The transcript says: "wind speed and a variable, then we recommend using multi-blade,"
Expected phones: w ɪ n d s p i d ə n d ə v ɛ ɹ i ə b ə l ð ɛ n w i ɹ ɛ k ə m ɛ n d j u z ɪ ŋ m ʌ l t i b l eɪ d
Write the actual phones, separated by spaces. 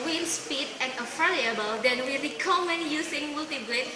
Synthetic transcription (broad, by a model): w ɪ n s p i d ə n ə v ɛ l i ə b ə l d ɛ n w i ɹ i k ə m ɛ n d j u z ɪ ŋ m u l t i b l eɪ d